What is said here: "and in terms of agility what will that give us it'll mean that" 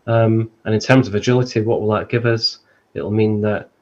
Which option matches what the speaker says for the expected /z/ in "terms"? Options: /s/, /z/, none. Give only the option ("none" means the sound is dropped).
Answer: /z/